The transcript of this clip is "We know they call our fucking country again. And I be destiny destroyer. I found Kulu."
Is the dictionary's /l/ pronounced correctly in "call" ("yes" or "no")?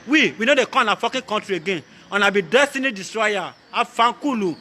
no